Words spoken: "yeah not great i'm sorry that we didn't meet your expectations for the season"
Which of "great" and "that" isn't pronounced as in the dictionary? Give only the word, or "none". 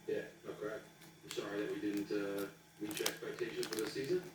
great